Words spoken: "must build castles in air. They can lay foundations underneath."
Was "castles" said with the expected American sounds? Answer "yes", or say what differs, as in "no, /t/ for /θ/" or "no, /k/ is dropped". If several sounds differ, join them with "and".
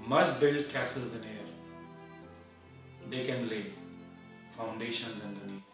yes